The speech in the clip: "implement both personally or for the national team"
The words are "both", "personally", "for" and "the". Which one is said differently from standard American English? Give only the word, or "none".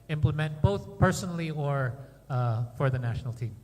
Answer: none